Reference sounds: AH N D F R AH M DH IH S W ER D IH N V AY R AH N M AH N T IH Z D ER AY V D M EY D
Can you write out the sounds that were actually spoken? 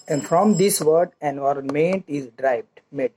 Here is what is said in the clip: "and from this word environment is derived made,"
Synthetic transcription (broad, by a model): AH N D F R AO M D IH S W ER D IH N AY R M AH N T IH Z D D AY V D M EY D